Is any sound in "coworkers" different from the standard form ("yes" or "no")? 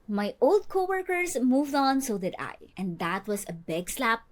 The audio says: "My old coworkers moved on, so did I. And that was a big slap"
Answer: yes